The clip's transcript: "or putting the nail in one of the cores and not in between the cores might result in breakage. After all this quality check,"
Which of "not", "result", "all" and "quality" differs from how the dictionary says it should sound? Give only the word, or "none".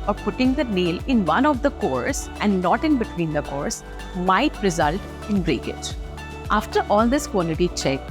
quality